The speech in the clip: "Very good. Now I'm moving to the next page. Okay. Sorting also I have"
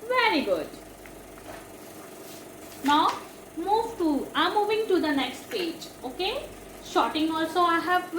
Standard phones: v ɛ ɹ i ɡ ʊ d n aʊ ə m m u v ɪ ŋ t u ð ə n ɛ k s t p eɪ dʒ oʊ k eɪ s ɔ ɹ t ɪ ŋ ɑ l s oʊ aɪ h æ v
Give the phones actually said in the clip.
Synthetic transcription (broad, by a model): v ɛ ɹ i ɡ ʊ d n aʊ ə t m u v ɪ ŋ t u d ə n ɛ k s t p eɪ dʒ oʊ k eɪ ʃ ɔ t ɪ ŋ ɑ l s oʊ aɪ h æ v